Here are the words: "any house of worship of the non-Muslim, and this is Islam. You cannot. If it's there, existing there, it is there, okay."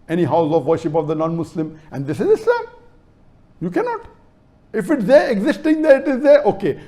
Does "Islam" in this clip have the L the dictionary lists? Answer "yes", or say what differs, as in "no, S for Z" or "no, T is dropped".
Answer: no, L is dropped